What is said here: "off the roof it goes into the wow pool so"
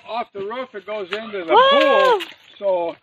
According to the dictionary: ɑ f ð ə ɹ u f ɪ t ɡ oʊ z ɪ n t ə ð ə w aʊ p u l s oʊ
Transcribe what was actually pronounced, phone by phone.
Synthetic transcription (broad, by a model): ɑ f ð ə ɹ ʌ f ɪ t ɡ oʊ z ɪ n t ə ð ə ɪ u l s oʊ